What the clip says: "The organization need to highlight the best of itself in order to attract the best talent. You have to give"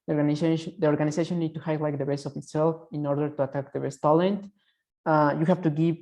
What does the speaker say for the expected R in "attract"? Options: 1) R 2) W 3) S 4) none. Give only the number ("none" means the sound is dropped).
4